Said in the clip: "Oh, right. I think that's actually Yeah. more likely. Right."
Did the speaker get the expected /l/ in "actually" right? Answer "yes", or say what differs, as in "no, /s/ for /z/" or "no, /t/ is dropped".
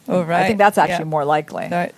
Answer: no, /l/ is dropped